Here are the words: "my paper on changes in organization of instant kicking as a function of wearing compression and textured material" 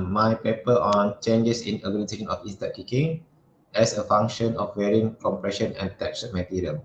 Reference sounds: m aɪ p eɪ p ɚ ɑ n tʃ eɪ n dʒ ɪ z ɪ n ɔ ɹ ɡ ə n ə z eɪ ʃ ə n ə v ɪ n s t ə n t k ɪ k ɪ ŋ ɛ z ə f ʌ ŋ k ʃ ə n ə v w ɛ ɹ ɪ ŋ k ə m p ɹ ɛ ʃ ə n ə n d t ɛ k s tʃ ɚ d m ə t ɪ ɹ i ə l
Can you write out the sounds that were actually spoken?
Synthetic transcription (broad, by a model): m aɪ p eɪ p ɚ ɑ n tʃ eɪ n dʒ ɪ s ɪ n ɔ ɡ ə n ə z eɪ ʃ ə n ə f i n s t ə t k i k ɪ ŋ ɛ s ə f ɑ ŋ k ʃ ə n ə f w ɛ ɹ ɪ ŋ k ə m p ɹ ɛ ʃ ə n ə n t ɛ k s ɚ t m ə t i ɹ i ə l